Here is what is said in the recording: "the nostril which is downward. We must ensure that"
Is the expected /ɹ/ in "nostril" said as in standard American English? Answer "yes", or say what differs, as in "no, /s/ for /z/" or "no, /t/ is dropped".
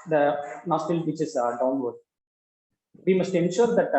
no, /ɹ/ is dropped